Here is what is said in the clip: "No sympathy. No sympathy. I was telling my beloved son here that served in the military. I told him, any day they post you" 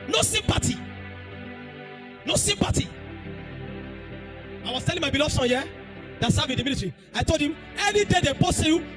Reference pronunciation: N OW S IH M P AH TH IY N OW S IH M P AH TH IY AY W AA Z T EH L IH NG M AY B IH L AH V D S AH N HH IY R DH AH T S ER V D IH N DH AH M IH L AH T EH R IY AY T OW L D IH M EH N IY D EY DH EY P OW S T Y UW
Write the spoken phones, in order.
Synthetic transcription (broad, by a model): N OW S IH M P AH T IY N OW S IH M P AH T IY AY W AA S T EH L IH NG M AY B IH L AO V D S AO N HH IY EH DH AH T S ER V IH N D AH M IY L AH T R IY AY T OW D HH IH M EH N IY D EY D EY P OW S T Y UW